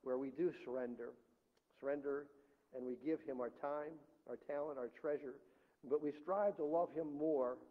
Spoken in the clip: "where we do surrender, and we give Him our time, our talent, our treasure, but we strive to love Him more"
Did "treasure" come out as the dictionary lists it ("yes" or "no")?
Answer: yes